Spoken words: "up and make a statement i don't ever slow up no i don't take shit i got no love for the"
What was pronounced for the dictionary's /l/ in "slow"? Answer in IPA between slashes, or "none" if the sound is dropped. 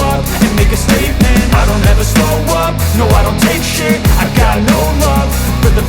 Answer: none